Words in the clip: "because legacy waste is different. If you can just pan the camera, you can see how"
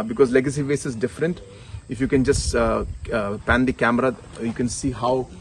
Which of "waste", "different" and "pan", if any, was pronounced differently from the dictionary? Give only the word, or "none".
waste